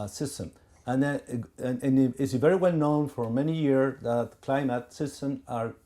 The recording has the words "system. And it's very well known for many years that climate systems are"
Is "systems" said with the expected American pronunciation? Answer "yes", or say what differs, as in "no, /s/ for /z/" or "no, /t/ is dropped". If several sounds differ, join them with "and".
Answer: no, /z/ is dropped